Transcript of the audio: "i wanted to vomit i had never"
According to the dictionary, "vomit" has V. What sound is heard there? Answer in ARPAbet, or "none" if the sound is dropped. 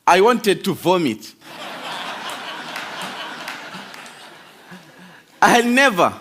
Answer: V